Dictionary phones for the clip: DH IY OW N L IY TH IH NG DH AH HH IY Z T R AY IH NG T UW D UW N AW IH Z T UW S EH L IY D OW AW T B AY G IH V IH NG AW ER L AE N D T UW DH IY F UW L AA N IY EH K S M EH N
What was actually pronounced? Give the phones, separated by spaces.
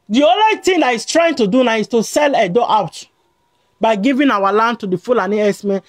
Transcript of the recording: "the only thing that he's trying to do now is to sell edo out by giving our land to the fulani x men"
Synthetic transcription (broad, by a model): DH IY OW N L IY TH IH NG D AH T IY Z T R AY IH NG T UW D UW N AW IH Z T UW S EH L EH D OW AW T B AY G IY V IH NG AW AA L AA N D T UW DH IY F UW L AA N IY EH S M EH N